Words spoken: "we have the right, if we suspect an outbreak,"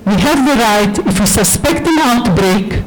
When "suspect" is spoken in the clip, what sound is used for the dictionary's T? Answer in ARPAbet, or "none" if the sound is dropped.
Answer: T